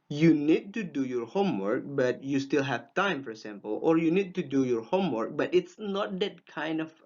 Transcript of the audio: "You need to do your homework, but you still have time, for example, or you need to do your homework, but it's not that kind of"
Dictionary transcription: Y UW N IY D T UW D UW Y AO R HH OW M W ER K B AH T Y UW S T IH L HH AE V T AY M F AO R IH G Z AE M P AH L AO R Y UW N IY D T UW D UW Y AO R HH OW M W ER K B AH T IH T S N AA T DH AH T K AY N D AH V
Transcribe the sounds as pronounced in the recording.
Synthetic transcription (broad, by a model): Y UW N IY D T UW D UW Y AO R HH OW M W ER K B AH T Y UW S T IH L HH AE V T AY M F AO R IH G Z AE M P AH L AO R Y UW N IY D T UW D UW Y AO R HH OW M W ER K B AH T IH T S N AA T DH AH T K AY N D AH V